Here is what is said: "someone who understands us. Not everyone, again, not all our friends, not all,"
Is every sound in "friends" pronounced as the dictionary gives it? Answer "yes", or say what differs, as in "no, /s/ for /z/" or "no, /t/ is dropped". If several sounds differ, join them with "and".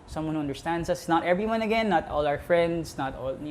no, /s/ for /z/